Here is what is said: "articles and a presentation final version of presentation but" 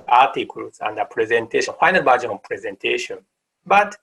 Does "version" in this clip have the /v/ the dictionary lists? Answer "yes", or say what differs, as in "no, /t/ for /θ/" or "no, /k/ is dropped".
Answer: no, /b/ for /v/